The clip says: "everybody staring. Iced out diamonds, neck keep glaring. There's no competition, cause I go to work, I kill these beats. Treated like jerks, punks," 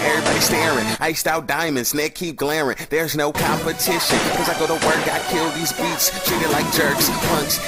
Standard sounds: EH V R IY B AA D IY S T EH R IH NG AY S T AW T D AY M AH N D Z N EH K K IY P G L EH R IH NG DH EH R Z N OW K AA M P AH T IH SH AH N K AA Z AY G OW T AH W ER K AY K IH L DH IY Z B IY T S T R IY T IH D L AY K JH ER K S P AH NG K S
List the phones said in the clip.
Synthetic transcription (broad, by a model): EH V R IY B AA D IY S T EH R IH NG AY S T AW T D AY M AH N D Z N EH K K IY P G L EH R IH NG DH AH R Z N OW K AA M P AH T IH SH AH N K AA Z AY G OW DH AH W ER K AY K IH L DH IY Z B IY T S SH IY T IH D L AY K JH ER K S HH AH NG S